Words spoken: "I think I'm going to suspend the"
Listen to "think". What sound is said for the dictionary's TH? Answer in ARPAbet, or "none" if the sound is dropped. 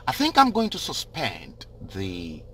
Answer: TH